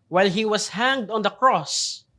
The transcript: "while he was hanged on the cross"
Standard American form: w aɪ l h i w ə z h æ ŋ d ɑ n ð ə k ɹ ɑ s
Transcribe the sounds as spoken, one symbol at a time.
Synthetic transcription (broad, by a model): w aɪ l h i w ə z h æ ŋ d ɑ n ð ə k ɹ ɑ s